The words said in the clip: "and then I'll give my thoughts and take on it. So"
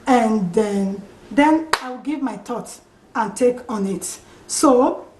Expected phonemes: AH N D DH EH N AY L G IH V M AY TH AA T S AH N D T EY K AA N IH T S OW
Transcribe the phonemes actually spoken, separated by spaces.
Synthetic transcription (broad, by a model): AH N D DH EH N AY W G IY V M AY T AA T AH N T EY K AA N IH T S OW